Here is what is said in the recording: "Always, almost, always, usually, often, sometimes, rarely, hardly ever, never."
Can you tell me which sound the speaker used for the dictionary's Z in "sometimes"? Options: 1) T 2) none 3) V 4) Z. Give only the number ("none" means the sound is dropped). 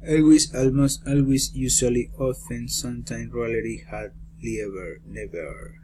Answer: 2